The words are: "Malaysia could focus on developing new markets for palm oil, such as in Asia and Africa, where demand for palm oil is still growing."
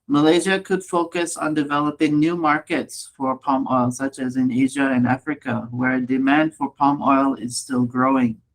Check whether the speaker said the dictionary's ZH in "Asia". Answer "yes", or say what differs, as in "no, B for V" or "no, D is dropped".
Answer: yes